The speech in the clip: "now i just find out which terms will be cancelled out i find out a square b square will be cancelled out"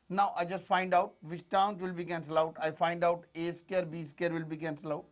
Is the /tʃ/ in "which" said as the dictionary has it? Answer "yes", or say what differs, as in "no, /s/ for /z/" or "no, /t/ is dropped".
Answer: no, /ʃ/ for /tʃ/